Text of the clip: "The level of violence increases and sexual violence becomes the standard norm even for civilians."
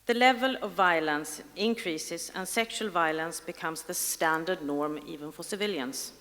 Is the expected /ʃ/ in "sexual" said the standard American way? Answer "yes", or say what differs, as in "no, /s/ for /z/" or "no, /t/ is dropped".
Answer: yes